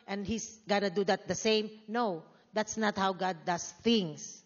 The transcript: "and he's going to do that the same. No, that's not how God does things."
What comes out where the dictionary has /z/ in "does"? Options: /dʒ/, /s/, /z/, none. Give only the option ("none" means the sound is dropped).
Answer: /s/